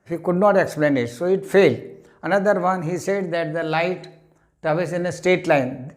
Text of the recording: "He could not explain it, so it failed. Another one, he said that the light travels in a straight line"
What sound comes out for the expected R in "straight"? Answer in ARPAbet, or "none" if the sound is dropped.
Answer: none